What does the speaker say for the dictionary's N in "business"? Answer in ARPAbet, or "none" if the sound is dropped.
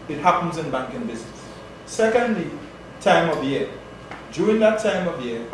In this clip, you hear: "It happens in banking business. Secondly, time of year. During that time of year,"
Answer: none